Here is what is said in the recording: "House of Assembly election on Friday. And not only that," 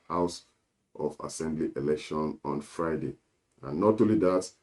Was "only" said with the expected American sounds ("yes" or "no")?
no